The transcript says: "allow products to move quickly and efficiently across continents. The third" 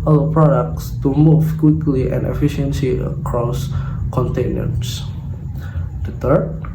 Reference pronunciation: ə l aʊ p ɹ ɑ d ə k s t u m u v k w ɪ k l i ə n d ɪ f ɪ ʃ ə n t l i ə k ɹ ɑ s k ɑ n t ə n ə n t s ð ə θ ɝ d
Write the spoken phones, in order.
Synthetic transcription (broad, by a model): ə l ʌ p ɹ ɑ d ə k s t u m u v k w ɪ k l i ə n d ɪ f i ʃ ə n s i ə k ɹ ɑ s k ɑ n t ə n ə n s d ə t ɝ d